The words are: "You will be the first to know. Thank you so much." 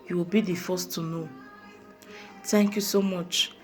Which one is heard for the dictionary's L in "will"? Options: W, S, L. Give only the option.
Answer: L